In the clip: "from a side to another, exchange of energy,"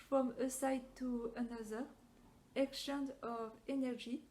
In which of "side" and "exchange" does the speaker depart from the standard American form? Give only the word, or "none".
exchange